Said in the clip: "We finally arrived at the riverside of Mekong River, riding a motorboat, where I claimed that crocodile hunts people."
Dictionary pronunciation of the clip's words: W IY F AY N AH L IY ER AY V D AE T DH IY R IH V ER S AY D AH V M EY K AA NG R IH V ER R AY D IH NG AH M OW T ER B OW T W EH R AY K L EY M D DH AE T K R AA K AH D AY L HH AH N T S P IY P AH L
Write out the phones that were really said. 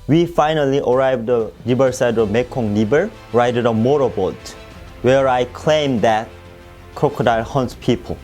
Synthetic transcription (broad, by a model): W IY F AY N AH L IY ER AY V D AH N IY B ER S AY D AH V M EY K AA NG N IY B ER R AY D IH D AH M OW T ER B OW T W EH R AY K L EY M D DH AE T K R AA K AH D AY L HH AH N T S P IY P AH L